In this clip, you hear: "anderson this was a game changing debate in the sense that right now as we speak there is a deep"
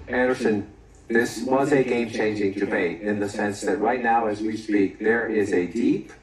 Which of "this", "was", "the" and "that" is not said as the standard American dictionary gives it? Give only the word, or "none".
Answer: none